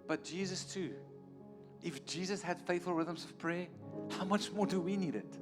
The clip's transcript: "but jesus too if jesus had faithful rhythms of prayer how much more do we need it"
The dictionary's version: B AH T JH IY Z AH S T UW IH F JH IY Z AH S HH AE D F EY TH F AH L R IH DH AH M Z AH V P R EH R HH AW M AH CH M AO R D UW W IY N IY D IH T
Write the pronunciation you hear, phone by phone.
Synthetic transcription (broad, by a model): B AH T JH IY Z AH S T UW IH F JH IY Z AH S HH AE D F EY TH F AH L R IH DH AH M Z AH V P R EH HH AW M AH CH M AO D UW W IY N IY D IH T